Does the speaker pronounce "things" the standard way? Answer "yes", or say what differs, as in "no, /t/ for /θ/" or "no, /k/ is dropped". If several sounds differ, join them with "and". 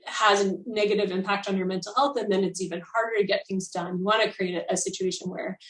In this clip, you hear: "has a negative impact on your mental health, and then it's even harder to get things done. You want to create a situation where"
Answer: yes